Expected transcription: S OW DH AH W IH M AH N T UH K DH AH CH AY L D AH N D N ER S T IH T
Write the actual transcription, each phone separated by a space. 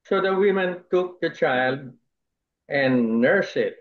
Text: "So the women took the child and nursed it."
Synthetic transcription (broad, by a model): S OW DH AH W IH M AH N T UH K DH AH CH AY L D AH N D N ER S IH T